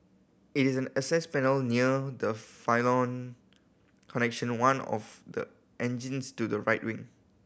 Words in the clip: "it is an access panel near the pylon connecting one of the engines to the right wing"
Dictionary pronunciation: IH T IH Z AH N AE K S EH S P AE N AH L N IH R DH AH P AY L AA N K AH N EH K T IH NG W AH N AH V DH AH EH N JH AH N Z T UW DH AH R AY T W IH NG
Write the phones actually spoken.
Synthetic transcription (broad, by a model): IH T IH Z AH N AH S EH S P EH N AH L N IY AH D AH F AY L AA N K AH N EH K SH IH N W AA N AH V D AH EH N JH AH N S T UW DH AH R AY T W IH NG